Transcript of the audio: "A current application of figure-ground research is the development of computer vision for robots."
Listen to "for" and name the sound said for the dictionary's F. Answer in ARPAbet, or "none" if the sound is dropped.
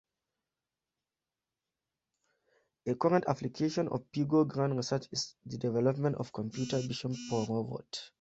P